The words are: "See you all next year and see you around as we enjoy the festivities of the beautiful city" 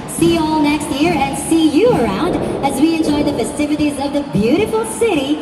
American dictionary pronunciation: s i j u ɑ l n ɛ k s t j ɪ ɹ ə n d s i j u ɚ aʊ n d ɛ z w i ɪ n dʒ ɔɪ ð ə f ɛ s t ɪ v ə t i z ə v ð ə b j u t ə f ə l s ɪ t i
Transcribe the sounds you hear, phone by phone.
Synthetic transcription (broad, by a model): s i ɑ l n ɛ k s t j ɪ ɹ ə n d s i j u ɚ aʊ n d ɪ z w i ɪ n dʒ ɔɪ ð ə f ɛ s t ɪ v ə t i z ə v ð ə b j u t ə f l s ɪ t i